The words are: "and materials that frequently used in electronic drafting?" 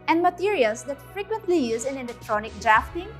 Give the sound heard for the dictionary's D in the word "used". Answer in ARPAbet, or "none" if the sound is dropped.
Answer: none